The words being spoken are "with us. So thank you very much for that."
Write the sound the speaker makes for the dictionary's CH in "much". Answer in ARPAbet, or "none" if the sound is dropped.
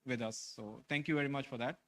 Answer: CH